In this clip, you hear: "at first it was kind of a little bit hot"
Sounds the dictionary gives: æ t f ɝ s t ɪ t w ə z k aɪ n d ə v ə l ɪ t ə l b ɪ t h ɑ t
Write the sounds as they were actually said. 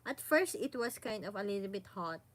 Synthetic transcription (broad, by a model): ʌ t f ɝ s t ɪ t w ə s k aɪ n d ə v ə l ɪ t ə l b ɪ t h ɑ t